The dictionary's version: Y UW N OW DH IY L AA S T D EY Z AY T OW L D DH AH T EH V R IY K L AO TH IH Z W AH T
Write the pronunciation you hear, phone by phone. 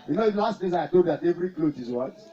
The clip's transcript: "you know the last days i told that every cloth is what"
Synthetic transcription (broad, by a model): Y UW N OW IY L AA S T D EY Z AY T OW D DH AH T EH V R IY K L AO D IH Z W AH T